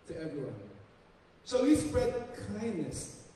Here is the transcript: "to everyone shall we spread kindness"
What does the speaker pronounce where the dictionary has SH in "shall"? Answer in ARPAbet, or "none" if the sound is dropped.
S